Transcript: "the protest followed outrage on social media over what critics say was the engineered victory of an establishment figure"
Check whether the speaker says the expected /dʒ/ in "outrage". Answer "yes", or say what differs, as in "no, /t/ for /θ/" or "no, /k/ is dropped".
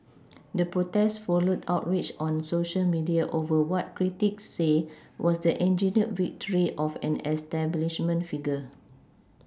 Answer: no, /tʃ/ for /dʒ/